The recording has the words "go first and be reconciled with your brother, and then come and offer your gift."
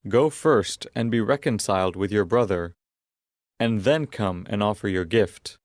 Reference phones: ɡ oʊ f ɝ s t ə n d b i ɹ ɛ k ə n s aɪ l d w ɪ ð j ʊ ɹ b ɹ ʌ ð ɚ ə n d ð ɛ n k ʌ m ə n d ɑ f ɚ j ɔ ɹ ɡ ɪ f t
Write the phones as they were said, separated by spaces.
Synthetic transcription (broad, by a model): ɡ oʊ f ɝ s t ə n b i ɹ ɛ k ə n s aɪ l d w ɪ ð j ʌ ɹ b ɹ ʌ ð ɚ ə n ð ɛ n k ʌ m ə n ɑ f ɚ j ɔ ɹ ɡ ɪ f t